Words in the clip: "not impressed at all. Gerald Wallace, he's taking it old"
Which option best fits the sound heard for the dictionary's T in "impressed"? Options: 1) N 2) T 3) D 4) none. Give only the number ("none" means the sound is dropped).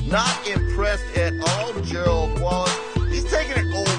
2